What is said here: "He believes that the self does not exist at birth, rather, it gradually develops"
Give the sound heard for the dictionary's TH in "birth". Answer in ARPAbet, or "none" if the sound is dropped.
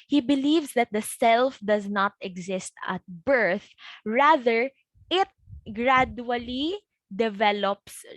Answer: TH